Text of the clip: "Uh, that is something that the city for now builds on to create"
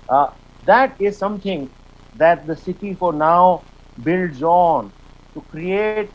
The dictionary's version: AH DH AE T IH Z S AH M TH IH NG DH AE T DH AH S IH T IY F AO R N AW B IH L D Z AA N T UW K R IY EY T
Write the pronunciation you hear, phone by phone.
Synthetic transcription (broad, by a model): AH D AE T IH Z S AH M T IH NG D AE T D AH S IH T IY F AO R N AW B IH L D Z AA N T UW K R IY EY T